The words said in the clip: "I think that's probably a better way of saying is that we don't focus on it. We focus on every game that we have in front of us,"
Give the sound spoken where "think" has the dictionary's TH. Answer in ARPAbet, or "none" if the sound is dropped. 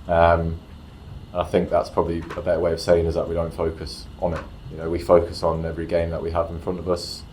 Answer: TH